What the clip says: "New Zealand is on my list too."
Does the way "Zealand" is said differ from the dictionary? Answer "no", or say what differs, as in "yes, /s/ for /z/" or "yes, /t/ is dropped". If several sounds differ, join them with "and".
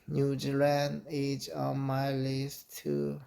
yes, /d/ is dropped